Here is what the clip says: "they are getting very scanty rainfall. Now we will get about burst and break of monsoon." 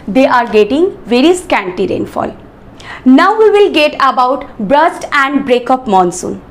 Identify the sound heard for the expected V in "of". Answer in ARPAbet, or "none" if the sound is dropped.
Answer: P